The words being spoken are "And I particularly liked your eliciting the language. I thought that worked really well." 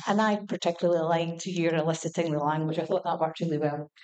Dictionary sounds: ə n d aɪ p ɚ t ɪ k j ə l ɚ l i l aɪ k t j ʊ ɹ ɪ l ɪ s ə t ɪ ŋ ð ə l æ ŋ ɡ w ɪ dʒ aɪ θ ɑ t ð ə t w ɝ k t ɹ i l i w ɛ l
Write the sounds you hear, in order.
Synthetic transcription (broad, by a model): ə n aɪ p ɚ t ɪ k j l ɚ l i l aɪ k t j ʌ ɹ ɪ l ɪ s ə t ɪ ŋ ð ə l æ ŋ ɡ w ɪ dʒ aɪ θ ɑ t ð ə t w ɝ t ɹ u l i w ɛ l